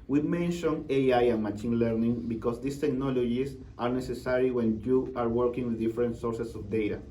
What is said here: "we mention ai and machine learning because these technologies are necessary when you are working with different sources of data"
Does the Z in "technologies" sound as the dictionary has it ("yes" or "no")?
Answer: no